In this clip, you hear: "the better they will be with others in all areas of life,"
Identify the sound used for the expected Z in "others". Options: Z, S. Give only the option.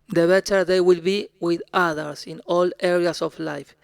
S